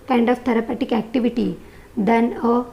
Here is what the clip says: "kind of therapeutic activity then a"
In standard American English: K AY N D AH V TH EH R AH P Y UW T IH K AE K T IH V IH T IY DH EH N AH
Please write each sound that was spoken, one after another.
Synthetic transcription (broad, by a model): K AY N D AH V T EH R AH P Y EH T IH K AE K T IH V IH T IY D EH N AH